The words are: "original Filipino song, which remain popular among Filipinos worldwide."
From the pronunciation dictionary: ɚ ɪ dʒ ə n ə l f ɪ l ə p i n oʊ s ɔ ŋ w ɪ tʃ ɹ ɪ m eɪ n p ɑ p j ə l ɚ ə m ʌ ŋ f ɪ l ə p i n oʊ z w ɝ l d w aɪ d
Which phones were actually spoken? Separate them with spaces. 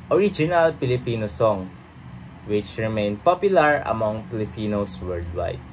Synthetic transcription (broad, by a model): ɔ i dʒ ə n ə l p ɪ l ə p i n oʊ s ɔ ŋ w ɪ tʃ ɹ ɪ m eɪ n p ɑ p j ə l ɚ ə m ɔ ŋ p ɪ l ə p i n oʊ s w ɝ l d w aɪ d